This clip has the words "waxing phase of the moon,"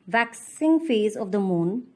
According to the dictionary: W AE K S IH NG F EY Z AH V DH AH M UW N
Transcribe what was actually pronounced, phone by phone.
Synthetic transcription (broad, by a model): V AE K S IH NG F EY Z AH V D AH M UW N